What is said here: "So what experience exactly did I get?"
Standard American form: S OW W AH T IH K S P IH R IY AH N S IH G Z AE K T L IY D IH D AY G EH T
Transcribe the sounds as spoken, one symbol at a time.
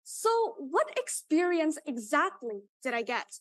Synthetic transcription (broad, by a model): S OW W AH T IH K S P IH R IY AH N S IH G Z AE K T L IY D IH D AY G EH T